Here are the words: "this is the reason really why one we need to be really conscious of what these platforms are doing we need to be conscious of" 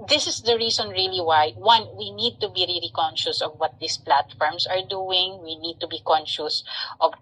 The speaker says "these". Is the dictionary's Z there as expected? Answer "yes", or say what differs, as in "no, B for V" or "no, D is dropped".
no, S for Z